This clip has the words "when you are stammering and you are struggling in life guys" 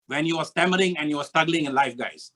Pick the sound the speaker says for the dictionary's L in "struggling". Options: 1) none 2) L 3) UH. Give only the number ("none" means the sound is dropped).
2